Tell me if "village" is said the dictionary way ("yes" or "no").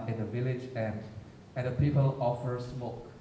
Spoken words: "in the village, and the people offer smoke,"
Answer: yes